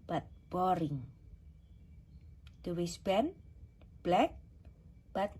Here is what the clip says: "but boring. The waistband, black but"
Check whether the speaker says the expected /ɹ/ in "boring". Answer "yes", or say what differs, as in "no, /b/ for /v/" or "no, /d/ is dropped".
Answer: yes